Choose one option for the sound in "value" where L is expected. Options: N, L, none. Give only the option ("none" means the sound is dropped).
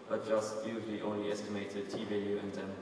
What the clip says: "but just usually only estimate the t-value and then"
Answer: none